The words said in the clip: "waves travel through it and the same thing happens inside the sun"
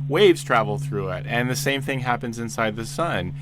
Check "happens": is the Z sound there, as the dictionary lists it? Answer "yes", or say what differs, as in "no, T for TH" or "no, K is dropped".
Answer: yes